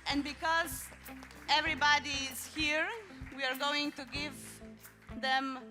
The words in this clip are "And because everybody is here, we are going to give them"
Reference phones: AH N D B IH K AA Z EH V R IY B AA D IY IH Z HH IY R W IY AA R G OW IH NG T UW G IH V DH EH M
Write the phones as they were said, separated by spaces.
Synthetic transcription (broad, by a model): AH N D B IH K AA Z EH V R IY B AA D IY IH Z HH IY R W IY AA R G OW IH NG T UW G IH V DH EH M